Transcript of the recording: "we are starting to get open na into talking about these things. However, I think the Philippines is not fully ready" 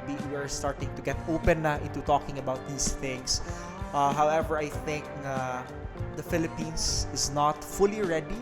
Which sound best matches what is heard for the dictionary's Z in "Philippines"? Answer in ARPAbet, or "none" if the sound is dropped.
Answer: S